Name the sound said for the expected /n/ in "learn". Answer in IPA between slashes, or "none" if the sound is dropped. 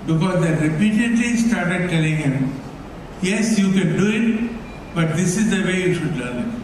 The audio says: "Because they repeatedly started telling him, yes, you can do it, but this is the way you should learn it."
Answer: /l/